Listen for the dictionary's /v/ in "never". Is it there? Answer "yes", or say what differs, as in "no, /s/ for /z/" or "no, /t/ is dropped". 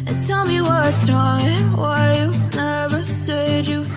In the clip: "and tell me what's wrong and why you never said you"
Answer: yes